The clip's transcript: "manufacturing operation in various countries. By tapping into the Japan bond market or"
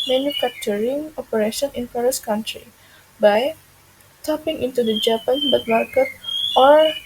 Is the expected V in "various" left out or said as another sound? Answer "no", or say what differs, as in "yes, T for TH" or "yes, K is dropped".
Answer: yes, F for V